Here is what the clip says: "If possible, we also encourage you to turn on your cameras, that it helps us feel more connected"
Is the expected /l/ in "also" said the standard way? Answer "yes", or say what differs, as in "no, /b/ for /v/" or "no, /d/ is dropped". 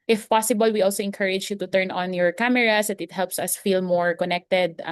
yes